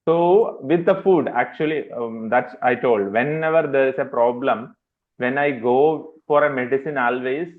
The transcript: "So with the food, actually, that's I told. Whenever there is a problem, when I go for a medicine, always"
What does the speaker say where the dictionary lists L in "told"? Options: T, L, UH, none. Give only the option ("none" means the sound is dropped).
L